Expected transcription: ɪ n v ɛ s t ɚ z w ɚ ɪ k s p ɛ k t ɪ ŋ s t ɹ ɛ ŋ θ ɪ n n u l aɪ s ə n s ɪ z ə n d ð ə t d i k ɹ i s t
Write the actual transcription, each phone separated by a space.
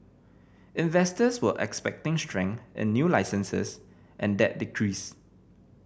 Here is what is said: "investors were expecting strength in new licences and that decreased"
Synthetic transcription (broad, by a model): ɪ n v ɛ s t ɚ s w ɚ ɪ k s p ɛ k t ɪ ŋ s t ɹ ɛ ŋ ɪ n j u l aɪ s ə n s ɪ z ə n d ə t d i k ɹ i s